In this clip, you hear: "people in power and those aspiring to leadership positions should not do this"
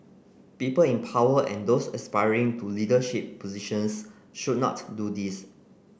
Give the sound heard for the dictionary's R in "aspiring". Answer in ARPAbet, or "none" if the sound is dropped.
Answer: R